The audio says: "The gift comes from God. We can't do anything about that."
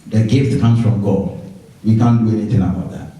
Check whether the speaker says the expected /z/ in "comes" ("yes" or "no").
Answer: no